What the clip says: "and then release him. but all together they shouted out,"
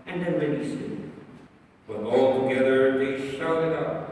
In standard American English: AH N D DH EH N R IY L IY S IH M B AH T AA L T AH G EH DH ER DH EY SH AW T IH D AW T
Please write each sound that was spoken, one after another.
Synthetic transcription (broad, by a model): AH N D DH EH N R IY N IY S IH B AH T AA L T AH G EH DH ER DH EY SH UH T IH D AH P